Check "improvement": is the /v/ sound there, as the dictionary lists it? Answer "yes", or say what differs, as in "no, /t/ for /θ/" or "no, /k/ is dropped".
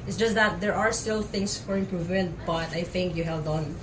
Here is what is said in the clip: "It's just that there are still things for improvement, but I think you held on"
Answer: yes